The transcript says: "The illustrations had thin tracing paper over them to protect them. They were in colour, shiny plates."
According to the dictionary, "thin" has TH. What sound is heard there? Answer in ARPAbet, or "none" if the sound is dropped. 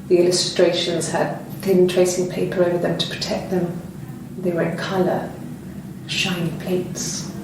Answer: TH